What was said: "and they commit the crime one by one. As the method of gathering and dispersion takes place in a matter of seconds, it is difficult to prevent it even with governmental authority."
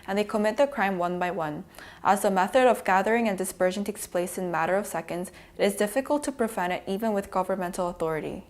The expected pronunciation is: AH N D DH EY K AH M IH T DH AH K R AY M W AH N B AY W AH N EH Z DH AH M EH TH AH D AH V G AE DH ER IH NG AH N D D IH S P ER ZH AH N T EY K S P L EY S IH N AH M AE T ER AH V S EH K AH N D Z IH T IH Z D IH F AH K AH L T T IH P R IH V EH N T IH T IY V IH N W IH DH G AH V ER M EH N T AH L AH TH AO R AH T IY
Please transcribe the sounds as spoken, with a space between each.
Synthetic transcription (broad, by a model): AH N DH EY K AH M IH T DH AH K R AY M W AH N B AY W AH N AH Z DH AH M EH TH AH D AH V G AE DH ER IH NG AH N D D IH S P ER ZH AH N T EY K S P L EY S IH N M AE T ER AH V S EH K AH N D Z IH T IH Z D IH F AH K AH L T T IH P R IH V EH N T IH T IY V IH N W IH DH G AH V ER M EH N T L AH TH AO R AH T IY